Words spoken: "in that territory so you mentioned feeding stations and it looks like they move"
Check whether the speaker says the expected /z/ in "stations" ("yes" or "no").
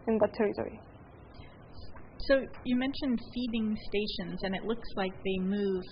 yes